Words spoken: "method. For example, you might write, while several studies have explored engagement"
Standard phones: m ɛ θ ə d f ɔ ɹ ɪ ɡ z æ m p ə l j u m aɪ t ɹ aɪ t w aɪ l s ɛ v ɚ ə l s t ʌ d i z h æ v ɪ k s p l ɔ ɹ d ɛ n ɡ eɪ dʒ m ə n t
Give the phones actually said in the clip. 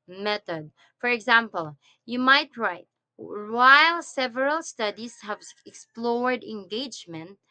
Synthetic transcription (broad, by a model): m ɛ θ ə d f ɔ ɹ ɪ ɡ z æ m p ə l j u m aɪ t ɹ aɪ t w aɪ l s ɛ v ɚ ə l s t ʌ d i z h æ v ɪ k s p l ɔ ɹ d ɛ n ɡ eɪ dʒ m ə n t